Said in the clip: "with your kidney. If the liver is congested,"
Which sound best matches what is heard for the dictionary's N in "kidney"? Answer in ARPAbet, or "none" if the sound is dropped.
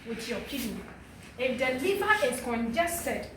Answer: none